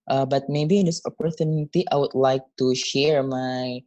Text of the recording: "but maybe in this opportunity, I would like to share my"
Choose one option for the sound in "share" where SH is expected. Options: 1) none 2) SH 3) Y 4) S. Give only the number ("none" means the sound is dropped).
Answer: 2